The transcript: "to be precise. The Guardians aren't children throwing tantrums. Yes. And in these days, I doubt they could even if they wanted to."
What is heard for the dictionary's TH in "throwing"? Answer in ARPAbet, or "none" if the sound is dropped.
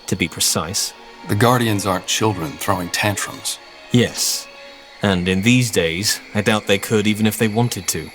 TH